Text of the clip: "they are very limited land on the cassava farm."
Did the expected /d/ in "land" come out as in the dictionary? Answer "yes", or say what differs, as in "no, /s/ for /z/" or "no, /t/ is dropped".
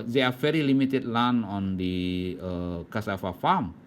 no, /d/ is dropped